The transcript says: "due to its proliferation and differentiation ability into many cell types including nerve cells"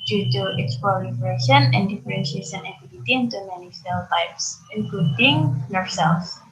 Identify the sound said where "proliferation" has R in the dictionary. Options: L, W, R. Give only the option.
L